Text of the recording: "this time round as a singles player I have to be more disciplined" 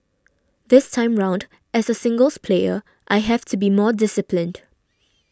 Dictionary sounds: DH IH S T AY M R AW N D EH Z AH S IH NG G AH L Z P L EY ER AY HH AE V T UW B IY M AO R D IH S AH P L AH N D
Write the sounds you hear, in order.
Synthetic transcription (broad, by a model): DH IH S T AY M R AW N D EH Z AH S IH NG G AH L S P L EY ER AY HH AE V T UW B IY M AO D IH S AH P L AH N D